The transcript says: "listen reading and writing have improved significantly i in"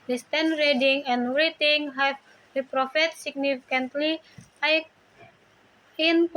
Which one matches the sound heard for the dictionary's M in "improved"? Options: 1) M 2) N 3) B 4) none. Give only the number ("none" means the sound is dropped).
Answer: 4